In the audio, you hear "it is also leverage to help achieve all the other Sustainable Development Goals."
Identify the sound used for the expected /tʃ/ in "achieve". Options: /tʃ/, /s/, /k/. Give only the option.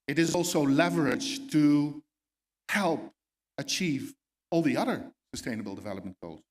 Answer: /tʃ/